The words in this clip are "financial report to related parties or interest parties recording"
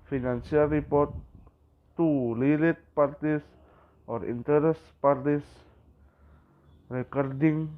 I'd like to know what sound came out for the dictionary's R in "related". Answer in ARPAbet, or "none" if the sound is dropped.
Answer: L